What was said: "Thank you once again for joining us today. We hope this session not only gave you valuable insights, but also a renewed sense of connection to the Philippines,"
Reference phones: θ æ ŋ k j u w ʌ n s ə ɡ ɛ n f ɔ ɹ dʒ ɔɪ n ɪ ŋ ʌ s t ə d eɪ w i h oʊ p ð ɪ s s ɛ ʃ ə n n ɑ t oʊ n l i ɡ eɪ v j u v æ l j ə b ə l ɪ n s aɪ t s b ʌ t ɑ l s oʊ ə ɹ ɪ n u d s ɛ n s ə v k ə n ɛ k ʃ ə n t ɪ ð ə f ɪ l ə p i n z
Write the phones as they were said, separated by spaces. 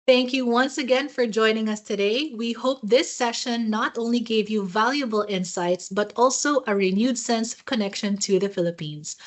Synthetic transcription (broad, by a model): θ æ ŋ k j u w ʌ n s ə ɡ ɛ n f ɔ ɹ dʒ ɔɪ n ɪ ŋ ʌ s t ə d eɪ w i h oʊ p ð ɪ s s ɛ ʃ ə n n ɑ t oʊ n l i ɡ eɪ v j u v æ l j ə b ə l ɪ n s aɪ t s b ʌ t ɑ l s oʊ ə ɹ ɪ n u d s ɛ n s ə v k ə n ɛ k ʃ ə n t ɪ ð ə f ɪ l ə p i n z